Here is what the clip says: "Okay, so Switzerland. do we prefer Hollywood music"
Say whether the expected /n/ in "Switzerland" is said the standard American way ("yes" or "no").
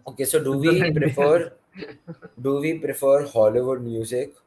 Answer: no